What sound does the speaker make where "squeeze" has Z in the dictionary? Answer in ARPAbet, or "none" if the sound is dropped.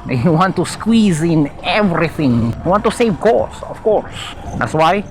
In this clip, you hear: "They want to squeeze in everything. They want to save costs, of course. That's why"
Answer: Z